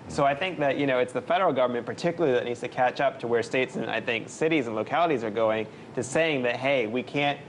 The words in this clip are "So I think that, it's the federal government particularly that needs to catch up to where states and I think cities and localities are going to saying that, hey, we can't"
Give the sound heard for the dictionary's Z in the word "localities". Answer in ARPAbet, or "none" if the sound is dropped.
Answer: Z